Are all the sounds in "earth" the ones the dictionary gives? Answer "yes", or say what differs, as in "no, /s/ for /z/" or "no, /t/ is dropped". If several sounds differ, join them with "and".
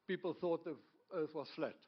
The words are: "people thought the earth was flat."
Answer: no, /t/ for /θ/